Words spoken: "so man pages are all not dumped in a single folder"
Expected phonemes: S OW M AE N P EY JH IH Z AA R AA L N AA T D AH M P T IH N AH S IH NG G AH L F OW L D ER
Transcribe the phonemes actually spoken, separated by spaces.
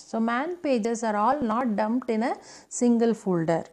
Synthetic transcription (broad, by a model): S OW M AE N P EY JH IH S AA R AA L N AA T D AH M P T IH N AH S IH NG G AH L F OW L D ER